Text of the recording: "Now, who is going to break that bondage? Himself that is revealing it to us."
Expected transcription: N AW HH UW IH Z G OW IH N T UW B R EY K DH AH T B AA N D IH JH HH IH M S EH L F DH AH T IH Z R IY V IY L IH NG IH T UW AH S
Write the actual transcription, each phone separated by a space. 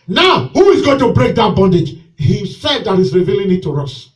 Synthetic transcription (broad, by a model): N AW HH UW IH Z G OW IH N T UW B R EY K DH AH T B AA N D IH JH HH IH S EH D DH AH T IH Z R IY V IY L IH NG IH T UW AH S